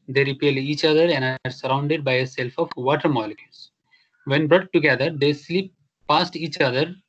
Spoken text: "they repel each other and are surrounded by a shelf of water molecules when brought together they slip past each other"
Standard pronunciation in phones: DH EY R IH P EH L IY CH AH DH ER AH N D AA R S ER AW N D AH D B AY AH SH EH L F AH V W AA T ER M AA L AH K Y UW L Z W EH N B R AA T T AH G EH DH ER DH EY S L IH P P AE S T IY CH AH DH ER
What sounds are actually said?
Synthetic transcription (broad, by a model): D EY R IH P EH L IY CH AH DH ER AH N D AA R S ER AW N D AH D B AY AH S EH L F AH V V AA T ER M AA L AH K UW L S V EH N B R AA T T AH G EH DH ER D EY S L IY P P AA S T IY CH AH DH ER